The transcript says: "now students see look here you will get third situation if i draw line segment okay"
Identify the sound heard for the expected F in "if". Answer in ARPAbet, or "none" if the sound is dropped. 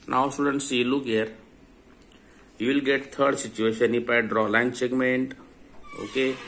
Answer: P